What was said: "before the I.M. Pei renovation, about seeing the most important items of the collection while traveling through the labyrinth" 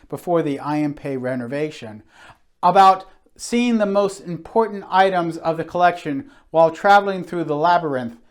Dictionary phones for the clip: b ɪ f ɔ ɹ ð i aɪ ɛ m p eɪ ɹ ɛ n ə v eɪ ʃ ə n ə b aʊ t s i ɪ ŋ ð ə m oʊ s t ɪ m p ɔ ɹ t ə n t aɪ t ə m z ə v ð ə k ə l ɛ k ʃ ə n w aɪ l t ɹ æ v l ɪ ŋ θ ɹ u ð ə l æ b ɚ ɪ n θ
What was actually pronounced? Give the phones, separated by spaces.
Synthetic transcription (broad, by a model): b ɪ f ɔ ɹ ð i aɪ ɛ m p eɪ ɹ ɛ n ə v eɪ ʃ ə n ə b aʊ t s i ɪ ŋ ð ə m oʊ s t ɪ m p ɔ ɹ t n t aɪ t ə m z ə v ð ə k ə l ɛ k ʃ ə n w aɪ l t ɹ æ v l ɪ ŋ θ ɹ u ð ə l æ b ɚ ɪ n θ